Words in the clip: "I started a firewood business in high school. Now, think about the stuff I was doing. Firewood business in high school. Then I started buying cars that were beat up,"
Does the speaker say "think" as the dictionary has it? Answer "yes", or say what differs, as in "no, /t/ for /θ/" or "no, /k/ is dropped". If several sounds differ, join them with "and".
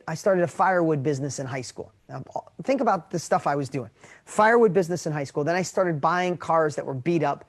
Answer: yes